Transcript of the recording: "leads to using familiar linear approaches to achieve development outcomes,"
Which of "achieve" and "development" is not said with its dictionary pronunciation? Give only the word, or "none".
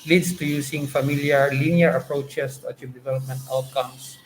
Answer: achieve